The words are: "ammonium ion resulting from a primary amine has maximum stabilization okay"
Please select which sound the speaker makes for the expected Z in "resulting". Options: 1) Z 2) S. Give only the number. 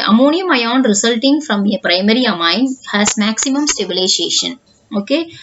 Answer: 2